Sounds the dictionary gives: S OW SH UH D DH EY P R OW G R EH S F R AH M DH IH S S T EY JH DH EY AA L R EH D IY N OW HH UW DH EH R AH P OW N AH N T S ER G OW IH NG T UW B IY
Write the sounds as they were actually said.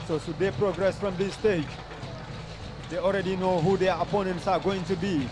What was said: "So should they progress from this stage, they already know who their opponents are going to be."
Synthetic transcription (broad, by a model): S OW S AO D EY P R OW G R EH S F R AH M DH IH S S T EY JH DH EY AA L R EH D IY N OW HH UW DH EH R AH P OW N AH N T S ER G OW IH NG T UW B IY